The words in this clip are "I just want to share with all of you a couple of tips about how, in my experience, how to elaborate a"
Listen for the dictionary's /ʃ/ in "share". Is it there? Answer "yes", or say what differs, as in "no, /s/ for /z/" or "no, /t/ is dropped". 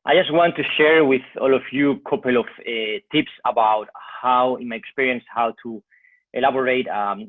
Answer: yes